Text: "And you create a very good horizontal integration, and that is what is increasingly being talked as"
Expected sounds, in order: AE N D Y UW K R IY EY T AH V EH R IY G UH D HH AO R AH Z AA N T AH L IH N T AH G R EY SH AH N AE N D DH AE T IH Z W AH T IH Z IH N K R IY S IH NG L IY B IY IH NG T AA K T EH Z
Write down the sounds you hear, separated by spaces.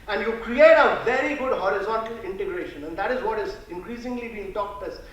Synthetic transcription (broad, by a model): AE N D Y UW K R IY EY T AH V EH R IY G UH D HH AO R AH Z AA N T AH L IH N T AH G R EY SH AH N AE N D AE T IH Z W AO T IH Z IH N K R IY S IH NG L IY B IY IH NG T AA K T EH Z